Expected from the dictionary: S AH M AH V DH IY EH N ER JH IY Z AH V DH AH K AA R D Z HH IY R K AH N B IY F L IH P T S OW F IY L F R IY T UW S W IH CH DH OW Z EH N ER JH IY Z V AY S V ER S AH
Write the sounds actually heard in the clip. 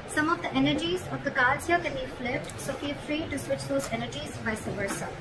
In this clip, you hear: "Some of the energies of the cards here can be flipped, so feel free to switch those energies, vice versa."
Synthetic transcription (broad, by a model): S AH M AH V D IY EH N ER JH IY Z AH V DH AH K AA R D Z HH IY K AH N B IY F L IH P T S OW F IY F R IY T UW S W IH CH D OW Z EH N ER JH IY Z B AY S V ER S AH